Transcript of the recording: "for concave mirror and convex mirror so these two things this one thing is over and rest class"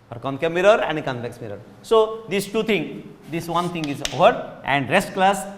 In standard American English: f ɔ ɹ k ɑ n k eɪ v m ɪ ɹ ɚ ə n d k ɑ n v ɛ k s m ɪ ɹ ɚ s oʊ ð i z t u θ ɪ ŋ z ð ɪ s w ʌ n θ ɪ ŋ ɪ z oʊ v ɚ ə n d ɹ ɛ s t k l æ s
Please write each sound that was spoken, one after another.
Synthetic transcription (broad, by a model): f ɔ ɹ k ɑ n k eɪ m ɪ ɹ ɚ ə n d k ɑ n p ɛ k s m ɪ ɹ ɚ s oʊ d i s t u t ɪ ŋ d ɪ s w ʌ n t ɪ ŋ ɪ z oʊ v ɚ ə n d ɹ ɛ s t k l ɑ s